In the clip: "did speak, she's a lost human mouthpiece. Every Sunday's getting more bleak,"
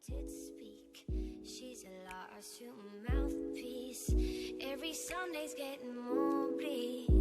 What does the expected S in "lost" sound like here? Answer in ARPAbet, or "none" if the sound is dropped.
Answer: none